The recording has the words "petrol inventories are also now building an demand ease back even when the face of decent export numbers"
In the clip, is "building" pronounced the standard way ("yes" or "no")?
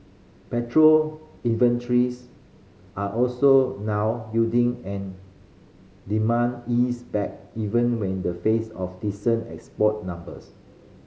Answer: no